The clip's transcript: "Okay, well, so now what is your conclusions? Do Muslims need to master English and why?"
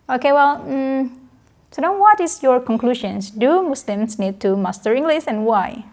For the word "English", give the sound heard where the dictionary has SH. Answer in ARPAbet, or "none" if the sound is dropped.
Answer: S